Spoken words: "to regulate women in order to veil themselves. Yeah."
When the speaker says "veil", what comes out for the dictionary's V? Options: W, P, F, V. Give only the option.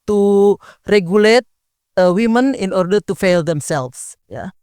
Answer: F